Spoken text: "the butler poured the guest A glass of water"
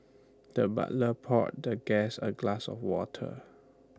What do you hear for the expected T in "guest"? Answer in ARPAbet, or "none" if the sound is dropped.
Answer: none